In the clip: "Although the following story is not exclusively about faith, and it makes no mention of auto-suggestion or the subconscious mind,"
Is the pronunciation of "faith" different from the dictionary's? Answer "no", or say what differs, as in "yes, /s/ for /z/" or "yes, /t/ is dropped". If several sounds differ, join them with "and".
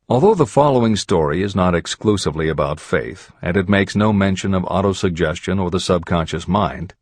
no